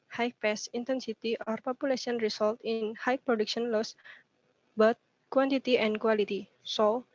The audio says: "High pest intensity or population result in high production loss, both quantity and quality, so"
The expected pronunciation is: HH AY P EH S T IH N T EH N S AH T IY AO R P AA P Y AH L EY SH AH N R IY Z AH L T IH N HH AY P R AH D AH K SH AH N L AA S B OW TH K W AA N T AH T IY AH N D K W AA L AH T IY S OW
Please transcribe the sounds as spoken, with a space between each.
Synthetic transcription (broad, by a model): HH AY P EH S IH N T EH N S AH T IY AO R P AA P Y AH L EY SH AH N R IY S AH L T IH N HH AY P R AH D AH K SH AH N L AA S B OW T K W AA N T AH T IY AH N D K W AA L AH T IY S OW